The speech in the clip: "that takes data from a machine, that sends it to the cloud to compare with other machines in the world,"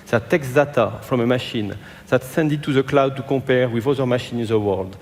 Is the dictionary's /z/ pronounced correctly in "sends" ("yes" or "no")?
no